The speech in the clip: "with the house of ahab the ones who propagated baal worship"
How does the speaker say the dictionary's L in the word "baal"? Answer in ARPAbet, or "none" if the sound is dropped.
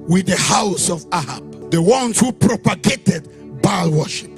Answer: L